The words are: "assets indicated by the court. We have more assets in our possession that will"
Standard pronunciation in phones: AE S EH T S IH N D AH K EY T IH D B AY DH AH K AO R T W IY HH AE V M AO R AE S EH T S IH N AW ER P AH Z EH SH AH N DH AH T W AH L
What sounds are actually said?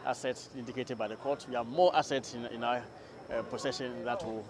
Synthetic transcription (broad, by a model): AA S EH T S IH N D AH K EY T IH D B AY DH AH K AO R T W IY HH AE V M AO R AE S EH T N IH N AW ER P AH S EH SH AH N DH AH T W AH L